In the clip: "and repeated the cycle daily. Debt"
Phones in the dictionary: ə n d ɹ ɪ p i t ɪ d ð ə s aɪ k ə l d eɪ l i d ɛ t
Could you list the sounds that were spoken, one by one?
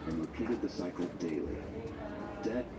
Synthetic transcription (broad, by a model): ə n ɹ ɪ p i t ɪ d ð ə s aɪ k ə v d eɪ l i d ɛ